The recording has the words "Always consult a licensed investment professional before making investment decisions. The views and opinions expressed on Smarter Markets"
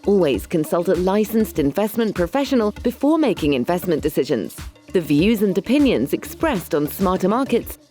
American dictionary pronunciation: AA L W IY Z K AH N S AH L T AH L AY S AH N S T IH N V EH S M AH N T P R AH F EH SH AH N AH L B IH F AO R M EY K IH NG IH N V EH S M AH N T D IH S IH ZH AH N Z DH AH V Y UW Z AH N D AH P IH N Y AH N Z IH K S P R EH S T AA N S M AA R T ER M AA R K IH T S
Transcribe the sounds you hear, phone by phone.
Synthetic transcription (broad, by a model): AA L W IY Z K AH N S AH L T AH L AY S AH N S T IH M V EH S M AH N P R AH F EH SH AH N AH L B IH F AO R M EY K IH NG IH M V EH S M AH N D IH S IH ZH AH N Z DH AH V Y UW Z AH N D AH P IH N Y AH N Z IH K S P R EH S T N S M AA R T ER M AA R K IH T S